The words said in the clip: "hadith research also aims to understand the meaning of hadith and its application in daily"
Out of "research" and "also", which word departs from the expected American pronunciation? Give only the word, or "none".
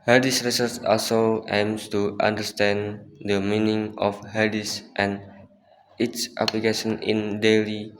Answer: research